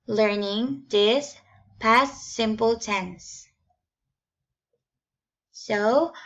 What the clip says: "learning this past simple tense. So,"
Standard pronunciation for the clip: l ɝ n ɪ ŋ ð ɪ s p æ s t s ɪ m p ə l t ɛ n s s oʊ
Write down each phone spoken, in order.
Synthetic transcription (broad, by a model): l ɝ n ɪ ŋ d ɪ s p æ s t s ɪ m p ə l t ɛ n s s oʊ